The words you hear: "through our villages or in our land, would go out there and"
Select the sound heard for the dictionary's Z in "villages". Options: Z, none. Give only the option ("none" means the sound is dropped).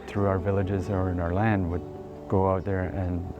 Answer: Z